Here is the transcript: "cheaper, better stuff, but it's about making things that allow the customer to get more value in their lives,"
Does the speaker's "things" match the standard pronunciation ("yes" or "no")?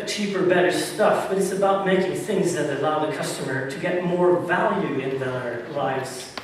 yes